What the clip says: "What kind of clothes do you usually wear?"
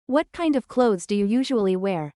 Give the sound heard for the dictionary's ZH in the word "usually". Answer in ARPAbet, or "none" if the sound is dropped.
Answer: ZH